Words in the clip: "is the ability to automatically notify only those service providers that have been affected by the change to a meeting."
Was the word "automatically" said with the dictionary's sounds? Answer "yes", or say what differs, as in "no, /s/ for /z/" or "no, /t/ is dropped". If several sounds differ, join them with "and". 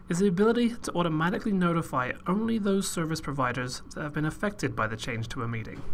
yes